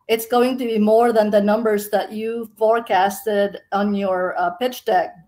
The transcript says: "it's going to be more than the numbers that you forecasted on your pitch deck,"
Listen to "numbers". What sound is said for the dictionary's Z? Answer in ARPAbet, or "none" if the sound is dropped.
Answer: Z